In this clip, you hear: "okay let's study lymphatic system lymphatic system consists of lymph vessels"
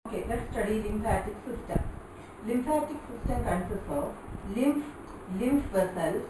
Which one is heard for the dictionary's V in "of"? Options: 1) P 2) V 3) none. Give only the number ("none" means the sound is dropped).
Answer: 1